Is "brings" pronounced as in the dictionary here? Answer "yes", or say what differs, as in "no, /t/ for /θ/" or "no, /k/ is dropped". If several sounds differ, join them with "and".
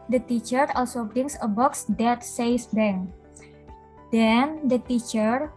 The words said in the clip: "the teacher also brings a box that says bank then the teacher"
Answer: no, /s/ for /z/